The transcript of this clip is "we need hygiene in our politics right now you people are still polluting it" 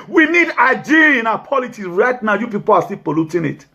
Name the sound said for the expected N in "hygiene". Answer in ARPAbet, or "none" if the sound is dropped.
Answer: none